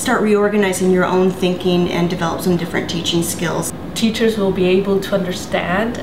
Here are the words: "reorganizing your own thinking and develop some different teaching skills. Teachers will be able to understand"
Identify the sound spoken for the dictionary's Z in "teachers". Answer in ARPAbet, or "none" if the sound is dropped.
Z